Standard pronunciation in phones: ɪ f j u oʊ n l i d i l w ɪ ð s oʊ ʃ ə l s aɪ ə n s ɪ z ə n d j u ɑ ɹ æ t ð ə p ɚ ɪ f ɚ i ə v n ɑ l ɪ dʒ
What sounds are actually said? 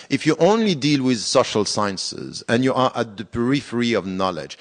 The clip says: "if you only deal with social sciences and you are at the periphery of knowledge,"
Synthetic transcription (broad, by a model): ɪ f j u oʊ n l i d i l w ɪ ð s oʊ ʃ ə l s aɪ ə n s ɪ z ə n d j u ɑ ɹ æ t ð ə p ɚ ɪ f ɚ i ə v n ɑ l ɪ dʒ